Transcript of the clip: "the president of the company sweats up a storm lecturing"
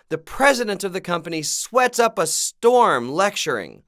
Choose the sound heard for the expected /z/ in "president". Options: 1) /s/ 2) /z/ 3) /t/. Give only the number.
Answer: 2